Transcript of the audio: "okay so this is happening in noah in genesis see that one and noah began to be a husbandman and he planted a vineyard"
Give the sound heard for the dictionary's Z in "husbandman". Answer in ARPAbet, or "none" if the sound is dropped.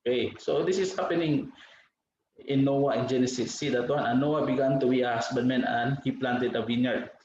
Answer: S